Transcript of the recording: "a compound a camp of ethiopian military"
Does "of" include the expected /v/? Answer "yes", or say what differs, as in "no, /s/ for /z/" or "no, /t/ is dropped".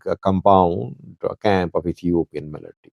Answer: no, /f/ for /v/